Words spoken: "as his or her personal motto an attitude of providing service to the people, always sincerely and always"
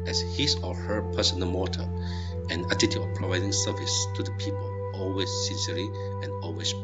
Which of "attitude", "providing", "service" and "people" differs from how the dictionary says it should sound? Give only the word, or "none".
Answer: attitude